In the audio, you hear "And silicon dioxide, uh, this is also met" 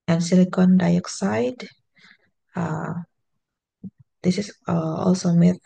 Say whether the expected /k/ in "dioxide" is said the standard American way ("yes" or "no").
yes